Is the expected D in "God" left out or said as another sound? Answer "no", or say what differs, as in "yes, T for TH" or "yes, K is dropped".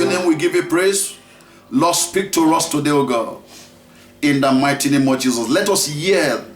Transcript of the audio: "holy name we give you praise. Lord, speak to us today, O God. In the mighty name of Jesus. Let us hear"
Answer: yes, D is dropped